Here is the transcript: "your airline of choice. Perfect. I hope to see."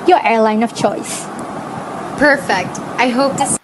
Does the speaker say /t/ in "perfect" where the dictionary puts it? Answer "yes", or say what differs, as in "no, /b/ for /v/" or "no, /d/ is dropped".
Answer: yes